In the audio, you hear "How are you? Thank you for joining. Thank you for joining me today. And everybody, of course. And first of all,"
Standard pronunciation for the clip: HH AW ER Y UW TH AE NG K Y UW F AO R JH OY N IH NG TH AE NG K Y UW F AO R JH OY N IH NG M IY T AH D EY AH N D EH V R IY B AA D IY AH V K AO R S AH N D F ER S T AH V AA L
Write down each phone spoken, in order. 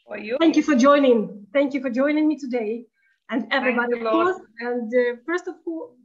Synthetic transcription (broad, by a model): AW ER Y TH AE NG K Y UW F AO R JH OY N IH NG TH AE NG K Y UW F AO R JH OY N IH NG M IY T AH D EY AH N D EH V R IY B AA D IY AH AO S AH N D F ER S T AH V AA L